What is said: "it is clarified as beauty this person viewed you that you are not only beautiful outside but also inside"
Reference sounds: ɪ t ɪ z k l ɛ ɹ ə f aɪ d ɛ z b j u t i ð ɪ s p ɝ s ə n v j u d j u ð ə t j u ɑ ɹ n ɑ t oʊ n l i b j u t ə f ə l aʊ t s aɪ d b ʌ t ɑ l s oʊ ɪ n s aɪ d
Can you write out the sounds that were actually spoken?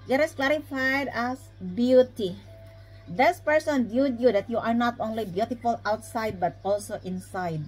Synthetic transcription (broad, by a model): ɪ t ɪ s k l ɛ ɹ ə f aɪ d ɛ s b j u t i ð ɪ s p ɝ s ə n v j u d j u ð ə t j u ɑ ɹ n ɑ t oʊ n l i b j u t ə f ə l aʊ t s aɪ d b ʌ t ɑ l s oʊ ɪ n s aɪ d